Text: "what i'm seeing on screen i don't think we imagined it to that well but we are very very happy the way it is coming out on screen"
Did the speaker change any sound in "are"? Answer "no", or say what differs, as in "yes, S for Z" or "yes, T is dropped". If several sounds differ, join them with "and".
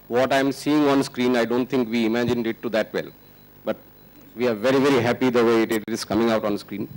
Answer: no